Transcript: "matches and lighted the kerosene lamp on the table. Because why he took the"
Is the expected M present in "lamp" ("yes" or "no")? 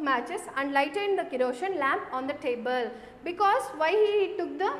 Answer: yes